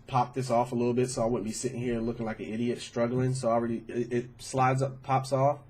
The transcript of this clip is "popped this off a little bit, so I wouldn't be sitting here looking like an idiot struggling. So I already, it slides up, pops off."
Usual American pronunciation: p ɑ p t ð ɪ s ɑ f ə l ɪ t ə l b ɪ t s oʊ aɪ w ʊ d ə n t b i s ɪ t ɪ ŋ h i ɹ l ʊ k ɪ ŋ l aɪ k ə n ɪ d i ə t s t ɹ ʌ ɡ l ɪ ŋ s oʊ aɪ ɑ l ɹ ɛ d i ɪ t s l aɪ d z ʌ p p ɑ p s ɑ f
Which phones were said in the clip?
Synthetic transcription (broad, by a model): p ɑ p ð ɪ s ɑ f ə l ɪ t l b ɪ t s oʊ aɪ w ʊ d n b i s ɪ t ɪ ŋ h i ɹ l ʊ k ɪ ŋ l aɪ k ə n ɪ d i ə t s t ɹ ʌ ɡ l ɪ ŋ s oʊ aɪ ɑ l ɹ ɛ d i ɪ t s l aɪ d z ʌ p p ɑ p s ɑ f